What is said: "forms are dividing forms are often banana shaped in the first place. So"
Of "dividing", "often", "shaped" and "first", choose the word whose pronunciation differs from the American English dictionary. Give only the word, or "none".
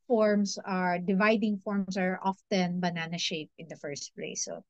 shaped